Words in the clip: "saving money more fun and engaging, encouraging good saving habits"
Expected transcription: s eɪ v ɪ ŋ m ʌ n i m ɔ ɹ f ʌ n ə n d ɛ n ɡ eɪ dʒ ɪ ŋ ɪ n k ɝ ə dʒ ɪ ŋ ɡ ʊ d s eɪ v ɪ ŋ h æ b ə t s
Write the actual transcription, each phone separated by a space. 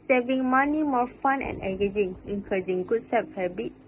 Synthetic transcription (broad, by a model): s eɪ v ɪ ŋ m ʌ n i m ɔ ɹ f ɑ n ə n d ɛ ɡ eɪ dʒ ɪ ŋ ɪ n k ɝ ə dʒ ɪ ŋ ɡ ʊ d s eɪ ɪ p h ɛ b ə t